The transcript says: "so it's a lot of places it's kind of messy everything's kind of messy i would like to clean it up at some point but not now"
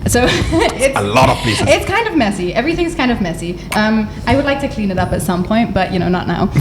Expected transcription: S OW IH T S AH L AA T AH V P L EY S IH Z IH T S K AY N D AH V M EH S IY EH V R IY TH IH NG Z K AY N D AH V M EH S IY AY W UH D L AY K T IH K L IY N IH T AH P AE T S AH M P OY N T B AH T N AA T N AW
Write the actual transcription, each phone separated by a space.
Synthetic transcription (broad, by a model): S OW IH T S AH L AA T AH V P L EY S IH IH T S K AY N D AH V M EH S IY EH V R IY TH IH NG Z K AY N D AH V M EH S IY AY W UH D L AY K T IH K L IY N IH T AH P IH T S AH M P OY N T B AH T N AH T N AW